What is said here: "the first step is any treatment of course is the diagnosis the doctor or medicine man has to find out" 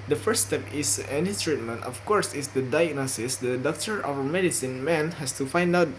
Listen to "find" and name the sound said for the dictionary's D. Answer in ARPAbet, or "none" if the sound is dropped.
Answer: D